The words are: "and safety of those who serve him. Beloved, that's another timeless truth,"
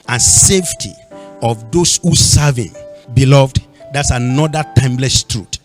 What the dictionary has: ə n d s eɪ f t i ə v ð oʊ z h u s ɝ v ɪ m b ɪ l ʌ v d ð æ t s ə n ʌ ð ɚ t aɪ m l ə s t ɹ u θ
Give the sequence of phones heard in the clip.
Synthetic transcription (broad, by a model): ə n s eɪ f t i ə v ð oʊ s h u s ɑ v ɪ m b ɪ l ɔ v d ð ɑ t s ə n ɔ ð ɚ t aɪ m l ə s t ɹ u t